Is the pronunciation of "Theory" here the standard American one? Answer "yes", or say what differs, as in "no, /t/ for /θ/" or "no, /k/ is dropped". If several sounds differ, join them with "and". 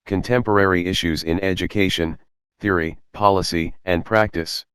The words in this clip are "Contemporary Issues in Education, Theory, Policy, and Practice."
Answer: yes